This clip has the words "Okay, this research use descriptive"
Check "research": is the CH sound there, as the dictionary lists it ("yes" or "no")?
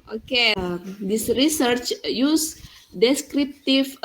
yes